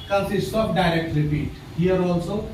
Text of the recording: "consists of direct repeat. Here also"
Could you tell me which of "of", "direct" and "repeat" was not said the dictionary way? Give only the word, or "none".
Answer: of